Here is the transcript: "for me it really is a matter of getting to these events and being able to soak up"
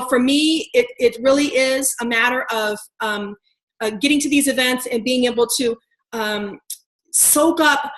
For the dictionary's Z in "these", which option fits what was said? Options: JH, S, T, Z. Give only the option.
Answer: Z